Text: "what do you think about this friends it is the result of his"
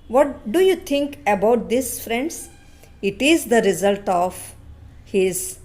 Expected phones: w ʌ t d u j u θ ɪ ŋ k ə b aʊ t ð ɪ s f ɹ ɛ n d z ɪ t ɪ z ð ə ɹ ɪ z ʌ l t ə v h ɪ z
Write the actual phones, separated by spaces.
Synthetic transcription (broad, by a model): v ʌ t d u j u t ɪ ŋ k ə b aʊ t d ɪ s f ɹ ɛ n d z ɪ t ɪ z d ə ɹ ɪ z ʌ l t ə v h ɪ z